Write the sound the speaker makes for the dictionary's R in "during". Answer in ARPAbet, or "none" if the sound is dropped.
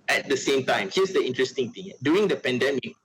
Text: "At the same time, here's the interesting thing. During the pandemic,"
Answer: none